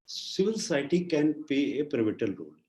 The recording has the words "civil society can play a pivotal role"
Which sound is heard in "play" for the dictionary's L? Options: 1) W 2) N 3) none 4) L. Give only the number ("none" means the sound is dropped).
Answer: 3